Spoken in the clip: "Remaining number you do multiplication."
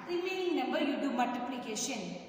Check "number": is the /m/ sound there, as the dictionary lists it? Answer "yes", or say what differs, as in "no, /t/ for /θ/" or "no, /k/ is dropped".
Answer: no, /m/ is dropped